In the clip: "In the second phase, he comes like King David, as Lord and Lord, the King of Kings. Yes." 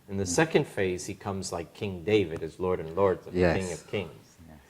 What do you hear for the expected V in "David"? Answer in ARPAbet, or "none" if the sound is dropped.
V